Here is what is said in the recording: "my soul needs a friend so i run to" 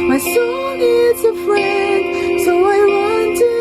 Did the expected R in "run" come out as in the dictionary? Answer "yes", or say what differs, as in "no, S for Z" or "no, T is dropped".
no, W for R